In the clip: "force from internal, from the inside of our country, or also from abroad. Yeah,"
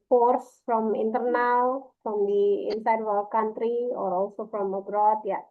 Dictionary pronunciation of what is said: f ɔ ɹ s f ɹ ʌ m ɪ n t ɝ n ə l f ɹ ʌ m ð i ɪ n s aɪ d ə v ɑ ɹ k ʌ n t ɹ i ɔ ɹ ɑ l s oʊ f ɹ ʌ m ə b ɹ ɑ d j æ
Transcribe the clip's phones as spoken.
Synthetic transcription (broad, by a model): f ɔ ɹ s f ɹ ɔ m ɪ n t ɝ n ə l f ɹ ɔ m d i ɪ n s aɪ d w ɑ l k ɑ n t ɹ i ɔ ɹ ɑ l s oʊ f ɹ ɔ m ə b ɹ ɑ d j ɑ